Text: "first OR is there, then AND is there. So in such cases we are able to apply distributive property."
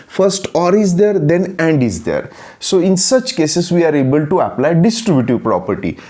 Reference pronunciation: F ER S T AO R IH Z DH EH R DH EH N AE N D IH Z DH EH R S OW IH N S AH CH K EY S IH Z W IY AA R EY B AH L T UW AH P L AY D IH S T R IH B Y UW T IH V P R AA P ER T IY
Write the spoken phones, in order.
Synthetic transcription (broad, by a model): F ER S T AO R IH Z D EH R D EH N AE N D IH Z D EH R S OW IH N S AH CH K EY S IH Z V IY AA R EY B AH L T UW AH P L AY D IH S T R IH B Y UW T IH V P R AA P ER T IY